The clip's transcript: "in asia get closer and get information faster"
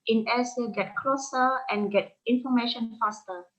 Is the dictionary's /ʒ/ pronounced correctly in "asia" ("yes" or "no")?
no